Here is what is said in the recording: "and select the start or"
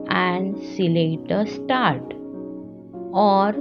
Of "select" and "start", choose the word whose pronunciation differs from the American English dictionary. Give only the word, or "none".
select